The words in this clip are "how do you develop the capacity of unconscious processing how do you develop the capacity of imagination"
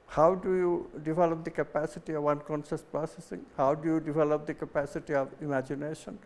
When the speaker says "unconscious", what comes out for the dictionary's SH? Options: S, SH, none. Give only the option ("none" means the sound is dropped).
S